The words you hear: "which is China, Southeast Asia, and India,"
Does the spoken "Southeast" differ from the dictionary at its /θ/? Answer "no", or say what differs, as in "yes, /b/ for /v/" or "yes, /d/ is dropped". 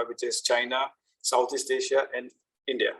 yes, /t/ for /θ/